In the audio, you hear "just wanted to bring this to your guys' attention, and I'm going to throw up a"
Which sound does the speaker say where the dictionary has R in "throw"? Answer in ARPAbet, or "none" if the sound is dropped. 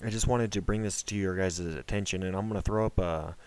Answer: R